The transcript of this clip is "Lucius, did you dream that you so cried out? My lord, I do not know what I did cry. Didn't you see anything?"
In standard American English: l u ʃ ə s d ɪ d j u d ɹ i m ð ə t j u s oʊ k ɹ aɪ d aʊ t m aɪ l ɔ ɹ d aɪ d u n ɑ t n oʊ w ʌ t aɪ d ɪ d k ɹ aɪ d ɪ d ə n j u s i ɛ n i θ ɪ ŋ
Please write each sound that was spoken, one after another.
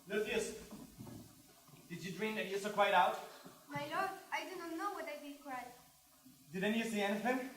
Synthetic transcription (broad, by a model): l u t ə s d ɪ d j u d ɹ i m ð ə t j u s oʊ k w aɪ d aʊ t m aɪ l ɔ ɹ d aɪ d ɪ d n n oʊ w ʌ t aɪ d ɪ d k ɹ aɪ d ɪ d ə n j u s i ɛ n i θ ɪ ŋ